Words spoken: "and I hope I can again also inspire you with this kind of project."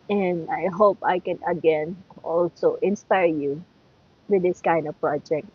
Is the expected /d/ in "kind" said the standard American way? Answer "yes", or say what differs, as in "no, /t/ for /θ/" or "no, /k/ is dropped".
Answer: yes